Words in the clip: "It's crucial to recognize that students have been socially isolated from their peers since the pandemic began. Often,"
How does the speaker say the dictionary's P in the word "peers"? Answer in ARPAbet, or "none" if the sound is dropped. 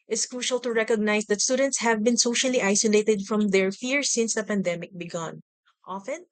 F